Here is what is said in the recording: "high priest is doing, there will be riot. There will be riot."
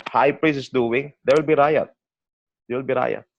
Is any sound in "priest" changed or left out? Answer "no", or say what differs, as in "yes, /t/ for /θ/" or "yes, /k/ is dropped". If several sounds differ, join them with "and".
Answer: yes, /t/ is dropped